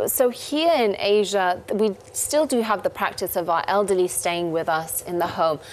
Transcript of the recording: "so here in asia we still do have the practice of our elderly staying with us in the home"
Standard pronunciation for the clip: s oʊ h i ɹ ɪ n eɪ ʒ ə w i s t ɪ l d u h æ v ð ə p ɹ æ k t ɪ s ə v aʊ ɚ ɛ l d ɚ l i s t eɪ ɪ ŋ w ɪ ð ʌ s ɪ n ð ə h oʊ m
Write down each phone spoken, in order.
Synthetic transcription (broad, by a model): s oʊ h i ɹ ɪ n eɪ ʒ ə w i s t ɪ l d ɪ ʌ v ð ə p ɹ æ k t ɪ s ə v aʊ ɚ ɛ l d ɚ l i s t eɪ ɪ ŋ w ɪ ð ʌ s ɪ n ð ə h oʊ m